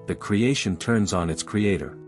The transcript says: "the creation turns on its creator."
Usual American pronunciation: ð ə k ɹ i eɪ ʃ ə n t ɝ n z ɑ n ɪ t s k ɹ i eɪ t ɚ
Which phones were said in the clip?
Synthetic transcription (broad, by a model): ð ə k ɹ i eɪ ʃ ə n t ɝ n z n ɪ t s k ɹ i eɪ t ɚ